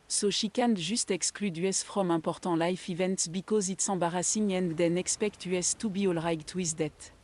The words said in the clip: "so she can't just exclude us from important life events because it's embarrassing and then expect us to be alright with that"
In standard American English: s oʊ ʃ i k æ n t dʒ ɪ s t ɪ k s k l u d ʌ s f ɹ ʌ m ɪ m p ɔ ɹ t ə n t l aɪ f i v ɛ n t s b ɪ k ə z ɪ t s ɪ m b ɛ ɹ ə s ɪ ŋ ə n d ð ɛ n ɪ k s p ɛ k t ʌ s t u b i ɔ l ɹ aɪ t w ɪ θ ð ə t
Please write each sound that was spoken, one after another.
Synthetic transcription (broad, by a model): s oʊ ʃ i k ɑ n dʒ ɪ s t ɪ k s k l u d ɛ s f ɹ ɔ m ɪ p ɔ ɹ t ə l aɪ f i v ɛ n t s b ɪ k ə z ɪ t s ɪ b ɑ ɹ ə s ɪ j ə n d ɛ n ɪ k s p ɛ k t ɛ s t u b i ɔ l ɹ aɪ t w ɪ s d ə t